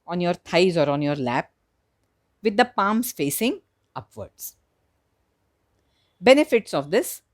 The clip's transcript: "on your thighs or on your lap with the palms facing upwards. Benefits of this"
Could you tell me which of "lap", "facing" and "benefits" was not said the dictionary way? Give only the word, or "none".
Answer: none